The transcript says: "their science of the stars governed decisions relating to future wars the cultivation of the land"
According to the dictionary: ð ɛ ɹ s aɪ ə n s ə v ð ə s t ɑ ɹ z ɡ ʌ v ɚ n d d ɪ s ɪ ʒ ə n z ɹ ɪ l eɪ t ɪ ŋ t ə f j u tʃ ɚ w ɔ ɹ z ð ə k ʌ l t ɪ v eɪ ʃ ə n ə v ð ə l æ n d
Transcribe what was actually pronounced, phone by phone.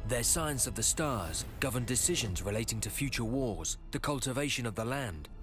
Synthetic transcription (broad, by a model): ð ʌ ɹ s aɪ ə n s ə v ð ə s t ɑ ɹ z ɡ ʌ v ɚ n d d ɪ s ɪ ʒ ə n z ɹ ɪ l eɪ t ɪ ŋ t ə f j u tʃ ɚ w ɔ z ð ə k ʌ l t ɪ v eɪ ʃ ə n ə v ð ə l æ n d